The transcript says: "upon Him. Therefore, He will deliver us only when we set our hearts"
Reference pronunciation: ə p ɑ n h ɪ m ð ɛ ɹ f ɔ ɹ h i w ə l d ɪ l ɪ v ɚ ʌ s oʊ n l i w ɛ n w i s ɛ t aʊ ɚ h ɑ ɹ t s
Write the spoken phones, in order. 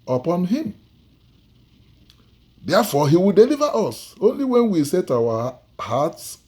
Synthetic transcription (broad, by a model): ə p ɑ n h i m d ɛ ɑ f ɔ h i w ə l d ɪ l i v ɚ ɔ s oʊ n l i w ɛ n w i s ɛ t aʊ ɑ h ɑ t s